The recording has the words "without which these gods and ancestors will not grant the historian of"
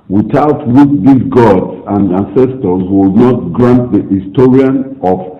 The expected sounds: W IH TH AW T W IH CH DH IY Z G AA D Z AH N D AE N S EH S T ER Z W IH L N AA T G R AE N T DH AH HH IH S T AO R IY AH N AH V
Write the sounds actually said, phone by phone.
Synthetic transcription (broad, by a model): W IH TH AW T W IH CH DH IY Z G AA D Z AH N D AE N S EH S T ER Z W IH L N AA T G R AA N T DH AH HH IH S T AO R IY AH N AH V